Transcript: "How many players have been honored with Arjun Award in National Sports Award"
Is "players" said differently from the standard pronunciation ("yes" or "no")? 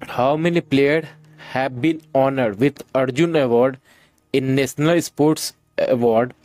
yes